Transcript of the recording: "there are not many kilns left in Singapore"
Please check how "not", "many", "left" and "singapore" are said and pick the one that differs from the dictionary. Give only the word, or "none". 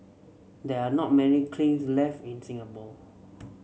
singapore